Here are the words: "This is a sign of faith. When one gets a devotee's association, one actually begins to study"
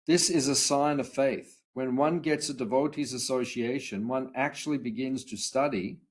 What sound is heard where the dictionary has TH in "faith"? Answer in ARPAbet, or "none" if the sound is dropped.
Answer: TH